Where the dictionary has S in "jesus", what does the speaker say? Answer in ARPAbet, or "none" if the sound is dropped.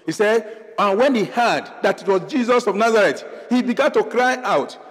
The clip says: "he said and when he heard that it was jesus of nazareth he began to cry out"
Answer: S